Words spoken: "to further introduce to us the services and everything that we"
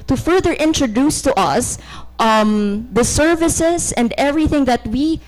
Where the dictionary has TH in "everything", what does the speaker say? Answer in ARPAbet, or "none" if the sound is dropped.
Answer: TH